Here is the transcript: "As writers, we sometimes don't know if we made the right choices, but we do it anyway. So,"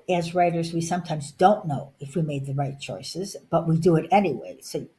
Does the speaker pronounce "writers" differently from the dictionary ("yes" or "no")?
no